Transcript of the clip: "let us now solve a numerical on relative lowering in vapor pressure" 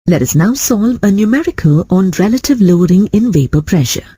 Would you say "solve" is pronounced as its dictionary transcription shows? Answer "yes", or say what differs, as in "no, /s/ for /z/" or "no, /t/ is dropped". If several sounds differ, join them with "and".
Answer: yes